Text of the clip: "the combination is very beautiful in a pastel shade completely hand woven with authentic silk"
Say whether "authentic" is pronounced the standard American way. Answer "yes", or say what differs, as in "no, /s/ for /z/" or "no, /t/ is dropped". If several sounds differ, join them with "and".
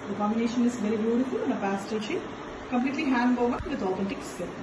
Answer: no, /t/ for /θ/